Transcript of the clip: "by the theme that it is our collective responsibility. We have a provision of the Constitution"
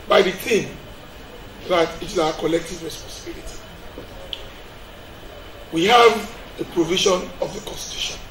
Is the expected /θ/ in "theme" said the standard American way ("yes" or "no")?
no